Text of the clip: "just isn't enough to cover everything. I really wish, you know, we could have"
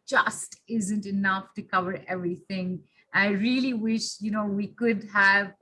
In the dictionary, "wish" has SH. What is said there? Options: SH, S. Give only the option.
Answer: SH